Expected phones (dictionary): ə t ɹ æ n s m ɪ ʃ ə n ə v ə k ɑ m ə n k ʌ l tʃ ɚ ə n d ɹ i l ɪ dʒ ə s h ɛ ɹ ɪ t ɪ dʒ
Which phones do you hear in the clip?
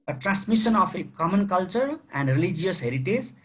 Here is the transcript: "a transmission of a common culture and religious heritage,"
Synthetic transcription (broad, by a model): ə t ɹ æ n s m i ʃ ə n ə p ə k ɑ m ə n k ʌ l tʃ ɚ ə n d ɹ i l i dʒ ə s h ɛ ɹ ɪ t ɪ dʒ